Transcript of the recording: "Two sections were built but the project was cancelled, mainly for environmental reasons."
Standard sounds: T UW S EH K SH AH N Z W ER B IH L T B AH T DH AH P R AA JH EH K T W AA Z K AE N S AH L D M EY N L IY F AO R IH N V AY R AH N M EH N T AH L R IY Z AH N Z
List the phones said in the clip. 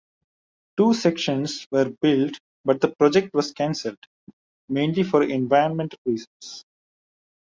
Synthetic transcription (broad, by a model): T UW S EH K SH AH N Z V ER B IH L T B AH T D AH P R AA JH EH K T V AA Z K AE N S AH L D M EY N L IY F AO R IH N V AY R AH N M EH N T AH L R IY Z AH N S